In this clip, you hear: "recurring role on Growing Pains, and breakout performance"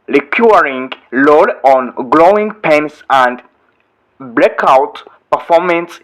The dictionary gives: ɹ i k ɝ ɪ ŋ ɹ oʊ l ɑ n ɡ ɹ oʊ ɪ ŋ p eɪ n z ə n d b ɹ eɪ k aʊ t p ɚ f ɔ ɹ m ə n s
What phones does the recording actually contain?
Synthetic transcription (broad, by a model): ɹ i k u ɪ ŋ l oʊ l ɑ n ɡ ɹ oʊ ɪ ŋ p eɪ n s ə n d b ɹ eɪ k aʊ t p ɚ f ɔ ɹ m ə n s